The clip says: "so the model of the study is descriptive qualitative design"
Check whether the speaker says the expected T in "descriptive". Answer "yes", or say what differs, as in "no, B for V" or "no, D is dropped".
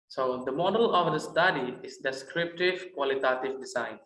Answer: yes